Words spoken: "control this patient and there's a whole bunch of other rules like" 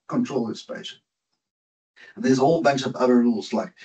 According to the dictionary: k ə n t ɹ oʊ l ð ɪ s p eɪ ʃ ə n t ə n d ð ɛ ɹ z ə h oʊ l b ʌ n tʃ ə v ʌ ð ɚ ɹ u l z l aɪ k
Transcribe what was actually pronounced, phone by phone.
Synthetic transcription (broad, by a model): k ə n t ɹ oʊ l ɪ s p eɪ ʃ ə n ə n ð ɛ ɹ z ə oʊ l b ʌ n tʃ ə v ʌ ð ɚ ɹ u l z l aɪ k